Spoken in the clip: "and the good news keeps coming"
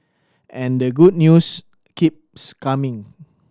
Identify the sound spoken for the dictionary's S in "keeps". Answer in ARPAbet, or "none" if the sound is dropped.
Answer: S